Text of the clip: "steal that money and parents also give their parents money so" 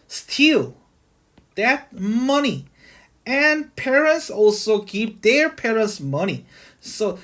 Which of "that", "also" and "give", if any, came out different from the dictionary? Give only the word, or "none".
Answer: give